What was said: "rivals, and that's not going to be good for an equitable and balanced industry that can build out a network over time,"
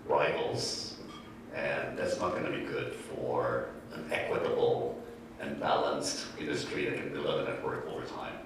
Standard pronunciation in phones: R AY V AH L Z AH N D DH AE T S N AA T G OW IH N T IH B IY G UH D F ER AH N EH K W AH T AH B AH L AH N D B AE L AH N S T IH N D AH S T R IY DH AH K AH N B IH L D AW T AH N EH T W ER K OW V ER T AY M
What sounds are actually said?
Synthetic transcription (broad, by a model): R AY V L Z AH N DH AE T S N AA T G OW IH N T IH B IY G UH D F ER AH N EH K W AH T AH B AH L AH N B AE L AH N S T IH N D AH S T R IY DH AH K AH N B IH L EH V AH N EH T W ER K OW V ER T AY M